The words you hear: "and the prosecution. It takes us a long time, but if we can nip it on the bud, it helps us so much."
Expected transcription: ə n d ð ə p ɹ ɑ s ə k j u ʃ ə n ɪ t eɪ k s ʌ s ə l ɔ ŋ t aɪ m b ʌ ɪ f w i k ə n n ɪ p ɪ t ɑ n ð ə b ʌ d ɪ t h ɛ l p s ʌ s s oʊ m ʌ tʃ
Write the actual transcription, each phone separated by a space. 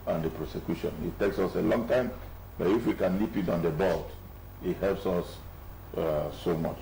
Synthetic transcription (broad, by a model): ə n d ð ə p ɹ ɑ s ə k j u ʃ ə n ɪ t eɪ k s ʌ s ə l ɔ ŋ t aɪ m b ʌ ɪ f w i k ə n l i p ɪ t ɑ n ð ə b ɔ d ɪ t h ɛ l p s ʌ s s oʊ m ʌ tʃ